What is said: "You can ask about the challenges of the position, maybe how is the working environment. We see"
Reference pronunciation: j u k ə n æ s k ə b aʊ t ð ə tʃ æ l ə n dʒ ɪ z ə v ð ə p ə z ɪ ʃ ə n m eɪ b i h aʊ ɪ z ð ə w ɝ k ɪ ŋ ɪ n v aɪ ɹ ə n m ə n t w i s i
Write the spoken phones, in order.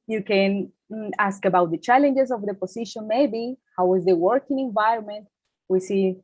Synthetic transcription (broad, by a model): j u k ə n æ s k ə b aʊ t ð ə tʃ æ l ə n dʒ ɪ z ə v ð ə p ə s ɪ ʃ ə n m eɪ b i h aʊ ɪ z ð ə w ɝ k ɪ ŋ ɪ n v aɪ ɹ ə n m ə n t w i s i